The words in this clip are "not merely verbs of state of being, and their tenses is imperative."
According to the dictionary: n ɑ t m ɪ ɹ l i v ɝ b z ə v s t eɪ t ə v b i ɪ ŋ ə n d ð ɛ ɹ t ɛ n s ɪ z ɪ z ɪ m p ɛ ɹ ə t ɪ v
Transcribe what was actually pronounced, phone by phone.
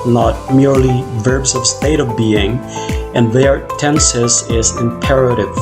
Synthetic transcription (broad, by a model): n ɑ t m ɪ ɹ l i v ɝ b z ə v s t eɪ t ə v b i ɪ ŋ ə n ð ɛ ɹ t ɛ n s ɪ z ɪ z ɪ m p ɛ ɹ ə t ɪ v